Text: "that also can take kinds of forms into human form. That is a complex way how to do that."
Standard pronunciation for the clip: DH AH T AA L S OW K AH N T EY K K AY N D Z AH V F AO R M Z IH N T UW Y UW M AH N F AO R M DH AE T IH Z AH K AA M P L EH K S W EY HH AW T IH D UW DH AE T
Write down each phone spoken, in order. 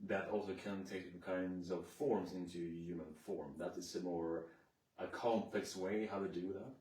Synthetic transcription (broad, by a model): DH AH T AA L S OW K AH N T EY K K AY N D Z AH V F AO R M Z IH N T UW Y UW M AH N F AO R M DH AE T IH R AH K AA M P L EH K S W EY HH AW T IH D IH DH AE T